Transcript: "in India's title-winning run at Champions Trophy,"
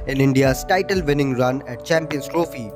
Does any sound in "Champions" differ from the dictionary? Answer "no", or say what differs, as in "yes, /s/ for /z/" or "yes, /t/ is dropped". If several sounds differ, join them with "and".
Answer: yes, /s/ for /z/